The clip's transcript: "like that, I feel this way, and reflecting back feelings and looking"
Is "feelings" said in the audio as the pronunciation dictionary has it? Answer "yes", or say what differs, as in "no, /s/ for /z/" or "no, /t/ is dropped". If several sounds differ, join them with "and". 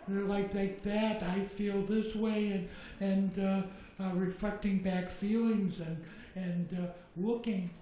yes